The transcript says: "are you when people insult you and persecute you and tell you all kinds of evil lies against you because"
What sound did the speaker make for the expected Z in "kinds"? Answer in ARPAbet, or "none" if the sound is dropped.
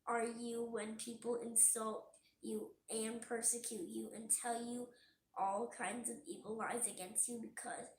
Z